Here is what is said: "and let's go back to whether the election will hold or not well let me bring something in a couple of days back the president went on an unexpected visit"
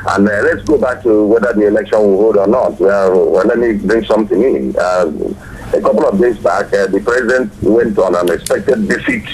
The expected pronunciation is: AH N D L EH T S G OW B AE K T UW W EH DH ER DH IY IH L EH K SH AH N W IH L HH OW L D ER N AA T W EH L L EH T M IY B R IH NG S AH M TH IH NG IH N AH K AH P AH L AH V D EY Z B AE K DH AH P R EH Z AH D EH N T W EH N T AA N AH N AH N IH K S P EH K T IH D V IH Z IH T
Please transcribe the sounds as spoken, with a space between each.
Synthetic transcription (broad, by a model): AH N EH L EH T S G OW B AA K T UW W EH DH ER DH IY IH L EH K SH AH N W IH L HH OW L D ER N AA T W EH W L EH T M IY B R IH NG S AH M TH IH NG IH N AH K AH P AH L AH V D EY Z B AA K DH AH P R EH Z AH D EH N T W EH N T AA N AH N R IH K S P EH K T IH D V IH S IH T